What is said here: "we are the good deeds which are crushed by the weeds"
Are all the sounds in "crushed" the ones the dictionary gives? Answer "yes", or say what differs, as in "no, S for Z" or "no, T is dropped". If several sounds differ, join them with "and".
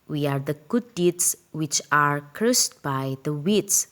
no, S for SH